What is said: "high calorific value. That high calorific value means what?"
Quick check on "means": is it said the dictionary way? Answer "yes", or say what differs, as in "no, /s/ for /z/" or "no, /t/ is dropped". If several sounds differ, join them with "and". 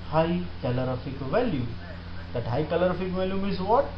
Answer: no, /n/ is dropped